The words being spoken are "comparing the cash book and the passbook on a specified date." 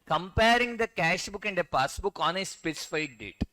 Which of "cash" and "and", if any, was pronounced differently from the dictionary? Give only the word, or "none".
none